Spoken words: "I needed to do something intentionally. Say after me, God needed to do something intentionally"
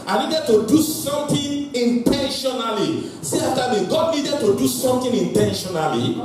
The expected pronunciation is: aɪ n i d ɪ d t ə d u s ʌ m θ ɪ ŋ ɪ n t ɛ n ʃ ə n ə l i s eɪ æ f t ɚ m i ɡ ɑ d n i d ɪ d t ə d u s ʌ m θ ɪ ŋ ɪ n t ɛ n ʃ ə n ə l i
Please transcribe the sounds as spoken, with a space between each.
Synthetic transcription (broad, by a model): aɪ n i d ɪ d t ə d u s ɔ m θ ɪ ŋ ɪ n t ɛ n ʃ ə n ə l i s eɪ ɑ t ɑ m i ɡ ɑ d n i d ɪ d t ə d u s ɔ m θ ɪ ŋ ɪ n t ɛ n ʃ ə n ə l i